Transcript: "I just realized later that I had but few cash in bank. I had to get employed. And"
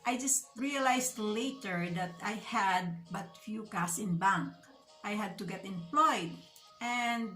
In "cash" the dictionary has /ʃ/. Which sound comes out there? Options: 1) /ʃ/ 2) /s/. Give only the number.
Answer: 2